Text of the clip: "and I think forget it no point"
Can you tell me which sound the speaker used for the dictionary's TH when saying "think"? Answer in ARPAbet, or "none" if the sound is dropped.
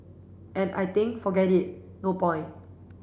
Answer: T